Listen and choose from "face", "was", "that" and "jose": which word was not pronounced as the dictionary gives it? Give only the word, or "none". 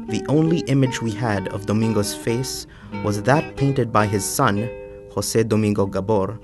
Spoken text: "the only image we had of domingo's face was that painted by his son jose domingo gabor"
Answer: jose